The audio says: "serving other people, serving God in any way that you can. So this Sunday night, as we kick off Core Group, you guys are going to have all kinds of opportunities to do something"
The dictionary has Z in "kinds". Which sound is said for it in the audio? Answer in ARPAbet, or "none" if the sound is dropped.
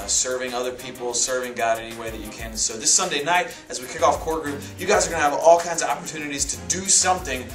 Z